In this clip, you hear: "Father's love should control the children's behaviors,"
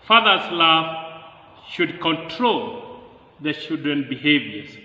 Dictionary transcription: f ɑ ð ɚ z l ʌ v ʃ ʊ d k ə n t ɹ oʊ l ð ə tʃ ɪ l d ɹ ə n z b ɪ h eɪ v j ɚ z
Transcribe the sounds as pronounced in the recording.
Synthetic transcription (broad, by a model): f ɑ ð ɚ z l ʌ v ʃ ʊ d k ə n t ɹ oʊ l ð ə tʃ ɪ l d ɹ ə n b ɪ h eɪ v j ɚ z